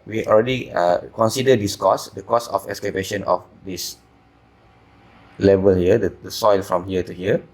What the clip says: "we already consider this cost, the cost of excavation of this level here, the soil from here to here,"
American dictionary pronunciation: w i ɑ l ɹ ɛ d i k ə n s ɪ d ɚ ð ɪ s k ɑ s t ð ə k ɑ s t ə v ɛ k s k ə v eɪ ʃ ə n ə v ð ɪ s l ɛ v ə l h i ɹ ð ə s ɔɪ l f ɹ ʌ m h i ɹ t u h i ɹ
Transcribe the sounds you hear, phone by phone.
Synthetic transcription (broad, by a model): w i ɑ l ɹ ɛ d i k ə n s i d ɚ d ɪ s k ɑ s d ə k ɑ s ə f ɛ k s k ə b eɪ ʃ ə n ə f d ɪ s l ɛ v ə l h i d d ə s ɔɪ l f ɹ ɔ m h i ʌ t u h i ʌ